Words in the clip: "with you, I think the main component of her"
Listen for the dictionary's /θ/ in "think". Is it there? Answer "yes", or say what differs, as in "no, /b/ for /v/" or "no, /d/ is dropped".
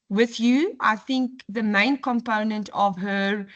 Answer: yes